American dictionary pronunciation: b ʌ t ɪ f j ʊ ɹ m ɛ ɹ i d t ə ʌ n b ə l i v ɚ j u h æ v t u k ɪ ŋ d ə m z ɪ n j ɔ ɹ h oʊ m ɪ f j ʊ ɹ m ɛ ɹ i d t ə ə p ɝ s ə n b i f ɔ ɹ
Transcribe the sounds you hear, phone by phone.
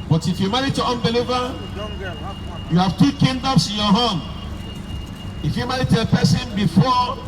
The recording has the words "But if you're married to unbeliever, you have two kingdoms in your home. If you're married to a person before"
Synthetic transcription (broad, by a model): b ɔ t ɪ f j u m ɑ ɹ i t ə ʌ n b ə l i v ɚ j u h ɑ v t u k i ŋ d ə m s ɪ n j ɔ h oʊ m ɪ f j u m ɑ ɹ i t ə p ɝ s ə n b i f ɔ